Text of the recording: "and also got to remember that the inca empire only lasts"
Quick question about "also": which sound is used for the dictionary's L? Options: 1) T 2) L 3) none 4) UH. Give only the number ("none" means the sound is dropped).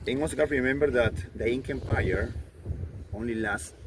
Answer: 3